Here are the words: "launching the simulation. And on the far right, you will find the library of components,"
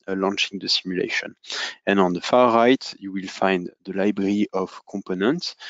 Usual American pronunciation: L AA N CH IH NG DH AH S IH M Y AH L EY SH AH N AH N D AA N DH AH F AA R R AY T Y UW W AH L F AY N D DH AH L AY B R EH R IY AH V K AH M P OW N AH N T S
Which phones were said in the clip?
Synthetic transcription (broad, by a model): L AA N CH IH NG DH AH S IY M Y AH L EY SH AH N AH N AA N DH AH F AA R R AY T Y UW W AH L F AY N D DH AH L AY B R EH R IY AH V K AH M P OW N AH N T S